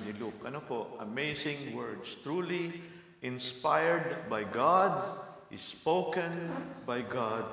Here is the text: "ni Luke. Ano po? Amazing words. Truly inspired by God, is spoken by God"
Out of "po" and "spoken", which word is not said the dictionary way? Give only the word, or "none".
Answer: none